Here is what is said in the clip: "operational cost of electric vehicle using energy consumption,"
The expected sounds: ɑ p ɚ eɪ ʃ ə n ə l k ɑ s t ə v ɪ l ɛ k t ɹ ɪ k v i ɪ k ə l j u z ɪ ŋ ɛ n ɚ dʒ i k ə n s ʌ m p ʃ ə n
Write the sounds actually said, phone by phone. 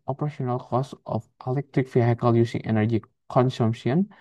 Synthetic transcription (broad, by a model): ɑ p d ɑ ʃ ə n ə l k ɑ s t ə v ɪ l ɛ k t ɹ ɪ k f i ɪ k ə l j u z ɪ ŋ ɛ n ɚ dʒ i k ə n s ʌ m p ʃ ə n